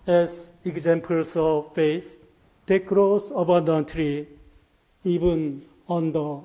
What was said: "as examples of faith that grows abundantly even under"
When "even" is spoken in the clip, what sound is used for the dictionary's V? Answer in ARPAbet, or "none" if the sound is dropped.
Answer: B